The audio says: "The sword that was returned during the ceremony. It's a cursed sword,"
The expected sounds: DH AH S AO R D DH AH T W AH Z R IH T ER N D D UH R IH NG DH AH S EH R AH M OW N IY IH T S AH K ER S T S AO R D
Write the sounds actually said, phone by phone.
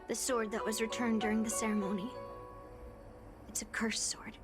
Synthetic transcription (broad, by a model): DH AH S AO R D DH AH T W AH Z R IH T ER N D D UH R IH NG DH AH S EH R AH M OW N IY IH T S AH K ER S S AO R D